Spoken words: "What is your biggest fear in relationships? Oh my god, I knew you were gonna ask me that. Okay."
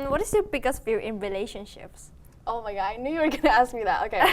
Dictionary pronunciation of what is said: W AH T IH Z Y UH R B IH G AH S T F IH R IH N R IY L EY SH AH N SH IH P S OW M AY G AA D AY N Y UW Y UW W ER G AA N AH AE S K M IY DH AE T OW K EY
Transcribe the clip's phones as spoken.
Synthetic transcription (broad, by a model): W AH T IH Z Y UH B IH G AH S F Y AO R IH N R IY L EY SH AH N SH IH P S OW M AY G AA AY N Y UW Y UW W ER G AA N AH AE S K M IY DH AE T OW K EY